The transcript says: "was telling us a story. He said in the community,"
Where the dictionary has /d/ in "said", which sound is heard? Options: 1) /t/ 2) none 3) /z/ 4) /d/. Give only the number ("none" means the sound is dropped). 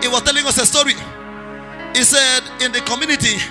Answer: 4